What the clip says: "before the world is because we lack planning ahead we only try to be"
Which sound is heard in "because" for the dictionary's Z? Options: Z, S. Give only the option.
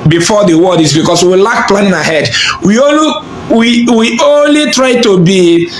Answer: S